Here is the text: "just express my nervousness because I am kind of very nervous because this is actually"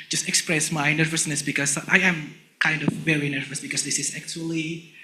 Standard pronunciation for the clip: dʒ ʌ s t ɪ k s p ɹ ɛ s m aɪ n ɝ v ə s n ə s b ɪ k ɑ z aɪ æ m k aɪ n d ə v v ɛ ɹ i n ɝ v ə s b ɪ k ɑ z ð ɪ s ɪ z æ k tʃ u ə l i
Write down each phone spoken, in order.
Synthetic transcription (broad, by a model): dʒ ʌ s t ɪ k s p ɹ ɛ s m aɪ n ɝ v ə s n ə s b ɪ k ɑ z aɪ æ m k aɪ n d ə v v ɛ ɹ i n ɝ v ə s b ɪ k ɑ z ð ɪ s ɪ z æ k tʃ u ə l i